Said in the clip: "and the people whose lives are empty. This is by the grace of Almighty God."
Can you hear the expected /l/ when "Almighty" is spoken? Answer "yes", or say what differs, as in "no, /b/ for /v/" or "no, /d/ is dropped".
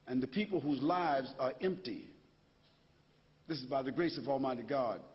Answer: yes